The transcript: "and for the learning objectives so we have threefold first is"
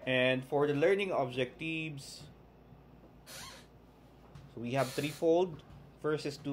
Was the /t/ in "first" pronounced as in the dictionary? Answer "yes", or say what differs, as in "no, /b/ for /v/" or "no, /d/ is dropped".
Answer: no, /t/ is dropped